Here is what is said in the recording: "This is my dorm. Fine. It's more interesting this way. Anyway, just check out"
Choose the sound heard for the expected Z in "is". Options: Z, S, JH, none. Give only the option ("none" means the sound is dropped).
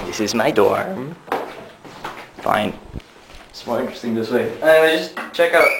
Z